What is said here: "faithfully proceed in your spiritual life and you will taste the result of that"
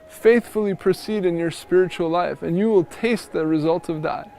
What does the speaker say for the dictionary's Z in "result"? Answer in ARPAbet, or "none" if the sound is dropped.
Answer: Z